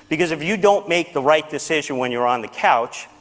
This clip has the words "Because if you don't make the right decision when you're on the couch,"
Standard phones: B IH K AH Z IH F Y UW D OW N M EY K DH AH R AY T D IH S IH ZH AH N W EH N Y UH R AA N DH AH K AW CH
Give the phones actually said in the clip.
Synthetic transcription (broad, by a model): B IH K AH Z IH F Y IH D OW N M EY K DH AH R AY T D IH S IH ZH AH N W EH N Y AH R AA N DH AH K AW CH